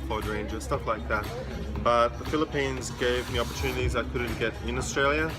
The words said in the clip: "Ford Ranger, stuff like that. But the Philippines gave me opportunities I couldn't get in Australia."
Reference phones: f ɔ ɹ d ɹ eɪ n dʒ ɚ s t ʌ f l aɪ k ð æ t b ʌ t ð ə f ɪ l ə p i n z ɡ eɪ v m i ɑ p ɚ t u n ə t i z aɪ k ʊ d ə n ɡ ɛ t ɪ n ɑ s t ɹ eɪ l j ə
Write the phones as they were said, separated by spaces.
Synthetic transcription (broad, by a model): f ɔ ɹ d ɹ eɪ n dʒ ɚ s t ʌ f l aɪ k ð æ t b ʌ t ð ə f ɪ l ə p i n z ɡ eɪ v m i ɑ p ɚ t u n ə t i z aɪ k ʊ d n ɡ ɛ t ɪ n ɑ s t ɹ eɪ l j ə